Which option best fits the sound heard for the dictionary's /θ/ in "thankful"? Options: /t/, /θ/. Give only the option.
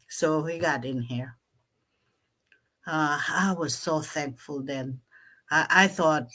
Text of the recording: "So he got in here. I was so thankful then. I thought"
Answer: /θ/